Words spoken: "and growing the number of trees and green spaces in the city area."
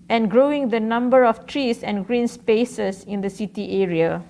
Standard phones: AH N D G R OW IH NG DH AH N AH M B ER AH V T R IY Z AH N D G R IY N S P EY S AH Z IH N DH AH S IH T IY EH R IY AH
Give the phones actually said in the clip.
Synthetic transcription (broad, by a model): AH N G R OW IH NG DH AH N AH M B ER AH F T R IY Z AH N G R IY N S P EY S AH S IH N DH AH S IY T IY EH R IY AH